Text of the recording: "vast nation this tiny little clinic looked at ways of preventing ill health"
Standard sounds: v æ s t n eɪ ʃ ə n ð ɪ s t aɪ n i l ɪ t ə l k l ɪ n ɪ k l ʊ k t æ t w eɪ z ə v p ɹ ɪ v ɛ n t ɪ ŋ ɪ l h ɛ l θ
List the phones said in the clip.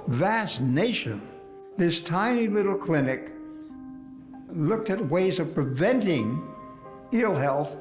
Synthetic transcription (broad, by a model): v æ s n eɪ ʃ ə n ð ɪ s t aɪ n i l ɪ t l k l ɪ n ɪ k l ʊ k t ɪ t w eɪ z ə v p ɹ ɪ v ɛ n t ɪ ŋ ɪ l h ɛ l θ